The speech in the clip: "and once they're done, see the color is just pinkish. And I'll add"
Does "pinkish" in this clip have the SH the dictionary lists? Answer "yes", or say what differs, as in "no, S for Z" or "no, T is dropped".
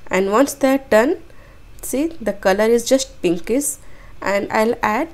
no, S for SH